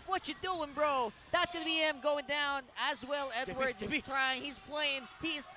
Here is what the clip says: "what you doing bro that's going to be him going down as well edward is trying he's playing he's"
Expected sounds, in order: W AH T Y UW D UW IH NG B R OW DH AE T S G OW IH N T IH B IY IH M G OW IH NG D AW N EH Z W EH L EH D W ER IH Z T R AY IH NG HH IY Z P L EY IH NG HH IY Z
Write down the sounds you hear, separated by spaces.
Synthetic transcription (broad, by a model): W AH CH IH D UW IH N B R OW DH AE T S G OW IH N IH B IY IH M G OW IH NG D AW N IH Z W EH L EH D W ER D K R AY IH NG HH IY Z P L EY IH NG HH IY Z